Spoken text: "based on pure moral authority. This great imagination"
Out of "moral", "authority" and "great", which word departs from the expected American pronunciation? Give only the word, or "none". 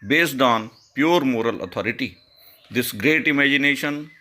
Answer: authority